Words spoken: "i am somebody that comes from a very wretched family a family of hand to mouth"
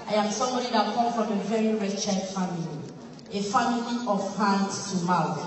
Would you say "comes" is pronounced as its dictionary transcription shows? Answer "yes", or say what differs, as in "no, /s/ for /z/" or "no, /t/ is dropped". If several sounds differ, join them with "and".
no, /z/ is dropped